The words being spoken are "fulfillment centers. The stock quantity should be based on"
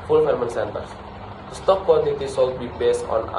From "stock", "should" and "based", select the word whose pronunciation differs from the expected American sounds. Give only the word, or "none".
should